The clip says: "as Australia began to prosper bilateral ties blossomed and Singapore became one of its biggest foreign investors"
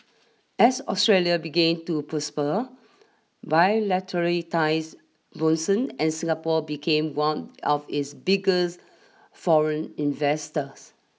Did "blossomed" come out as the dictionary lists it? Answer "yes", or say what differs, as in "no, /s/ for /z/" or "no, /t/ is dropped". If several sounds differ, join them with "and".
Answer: no, /l/ is dropped